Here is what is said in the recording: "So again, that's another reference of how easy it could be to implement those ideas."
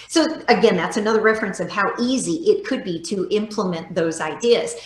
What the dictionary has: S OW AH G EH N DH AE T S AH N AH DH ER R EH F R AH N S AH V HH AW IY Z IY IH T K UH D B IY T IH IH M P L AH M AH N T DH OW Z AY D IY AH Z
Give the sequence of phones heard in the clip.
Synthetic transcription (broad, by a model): S OW AH G EH N DH AE T S AH N AH DH ER R EH F R AH N S AH V HH AW IY Z IY IH T K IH D B IY T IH IH M P L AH M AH N DH OW Z AY D IY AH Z